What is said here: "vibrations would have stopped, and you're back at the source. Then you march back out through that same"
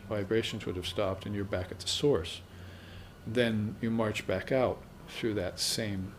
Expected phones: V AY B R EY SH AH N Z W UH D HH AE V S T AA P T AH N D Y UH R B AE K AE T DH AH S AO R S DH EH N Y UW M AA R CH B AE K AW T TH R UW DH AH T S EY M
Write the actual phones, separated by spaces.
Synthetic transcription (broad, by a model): V AY B R EY SH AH N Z W UH D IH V S T AA P T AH N Y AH R B AE K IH T DH AH S AO R S DH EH N Y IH M AA R CH B AE K AW T TH R UW DH AH T S EY M